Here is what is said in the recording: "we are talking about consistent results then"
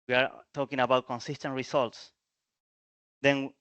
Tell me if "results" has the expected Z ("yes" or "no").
no